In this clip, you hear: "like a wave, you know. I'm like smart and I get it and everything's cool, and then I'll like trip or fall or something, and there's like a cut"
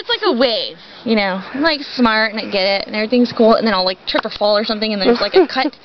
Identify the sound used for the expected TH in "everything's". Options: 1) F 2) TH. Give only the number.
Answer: 2